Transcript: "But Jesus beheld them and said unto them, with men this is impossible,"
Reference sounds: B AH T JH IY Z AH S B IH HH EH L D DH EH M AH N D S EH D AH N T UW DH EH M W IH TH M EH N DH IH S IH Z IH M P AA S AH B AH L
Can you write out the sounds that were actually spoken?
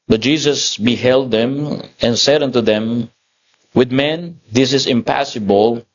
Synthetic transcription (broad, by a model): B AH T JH IY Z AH S B IH HH EH L D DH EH M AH N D S EH D AH N T UW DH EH M W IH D M EH N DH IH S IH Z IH M P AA S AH B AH L